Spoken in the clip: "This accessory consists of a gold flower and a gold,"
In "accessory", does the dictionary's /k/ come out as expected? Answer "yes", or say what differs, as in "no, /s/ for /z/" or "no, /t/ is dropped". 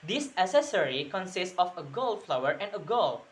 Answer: no, /k/ is dropped